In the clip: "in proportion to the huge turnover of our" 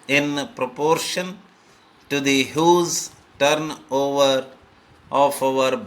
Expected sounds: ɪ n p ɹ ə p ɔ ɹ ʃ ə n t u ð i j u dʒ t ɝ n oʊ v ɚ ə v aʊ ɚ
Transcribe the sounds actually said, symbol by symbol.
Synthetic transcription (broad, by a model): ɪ n p ɹ ə p ɔ ɹ ʃ ə n t u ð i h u z t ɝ n oʊ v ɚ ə f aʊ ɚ